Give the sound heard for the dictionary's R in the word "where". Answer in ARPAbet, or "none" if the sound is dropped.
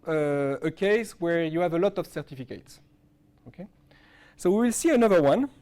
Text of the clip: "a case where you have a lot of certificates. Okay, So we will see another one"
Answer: R